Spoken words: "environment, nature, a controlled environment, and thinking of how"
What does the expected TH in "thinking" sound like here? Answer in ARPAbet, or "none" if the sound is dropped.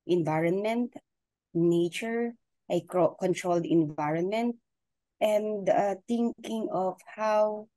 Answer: T